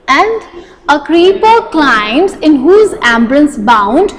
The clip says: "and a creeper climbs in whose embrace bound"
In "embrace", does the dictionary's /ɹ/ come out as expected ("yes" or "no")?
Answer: no